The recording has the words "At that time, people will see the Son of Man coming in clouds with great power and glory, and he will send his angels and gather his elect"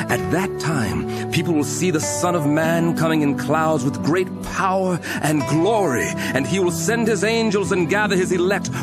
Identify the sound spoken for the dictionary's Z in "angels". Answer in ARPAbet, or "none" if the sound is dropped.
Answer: Z